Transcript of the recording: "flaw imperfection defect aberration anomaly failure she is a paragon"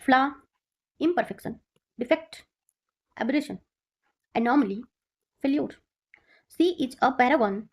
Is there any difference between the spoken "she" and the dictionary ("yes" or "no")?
yes